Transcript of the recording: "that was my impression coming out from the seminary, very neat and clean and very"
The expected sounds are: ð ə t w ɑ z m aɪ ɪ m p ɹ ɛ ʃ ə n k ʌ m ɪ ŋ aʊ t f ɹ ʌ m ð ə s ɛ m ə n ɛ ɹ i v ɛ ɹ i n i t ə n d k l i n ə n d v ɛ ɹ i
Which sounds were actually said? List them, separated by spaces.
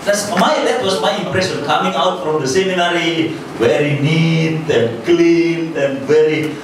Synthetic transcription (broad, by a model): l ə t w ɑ s m aɪ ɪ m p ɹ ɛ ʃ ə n k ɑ m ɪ ŋ aʊ t f ɹ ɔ m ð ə s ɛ m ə n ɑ ɹ i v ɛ ɹ i n i t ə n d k l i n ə n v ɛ ɹ i